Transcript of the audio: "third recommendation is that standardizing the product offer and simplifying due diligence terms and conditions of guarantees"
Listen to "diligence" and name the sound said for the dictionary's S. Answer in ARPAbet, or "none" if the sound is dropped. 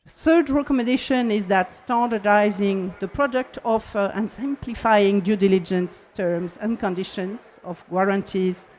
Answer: S